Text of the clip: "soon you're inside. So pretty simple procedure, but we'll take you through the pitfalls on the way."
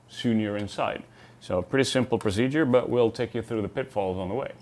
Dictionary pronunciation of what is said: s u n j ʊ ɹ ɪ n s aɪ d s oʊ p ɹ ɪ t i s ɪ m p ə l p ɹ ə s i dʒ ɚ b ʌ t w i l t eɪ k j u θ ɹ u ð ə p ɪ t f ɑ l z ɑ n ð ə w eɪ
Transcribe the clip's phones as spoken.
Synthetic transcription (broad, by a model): s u n j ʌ ɹ ɪ n s aɪ d s oʊ p ɹ ɪ t i s ɪ m p l p ɹ ə s i dʒ ɚ b ʌ t w i l t eɪ k j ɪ θ ɹ u ð ə p ɪ t f ɑ l z n ð ə w eɪ